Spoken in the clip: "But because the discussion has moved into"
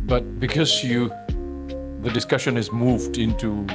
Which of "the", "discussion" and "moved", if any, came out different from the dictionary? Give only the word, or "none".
none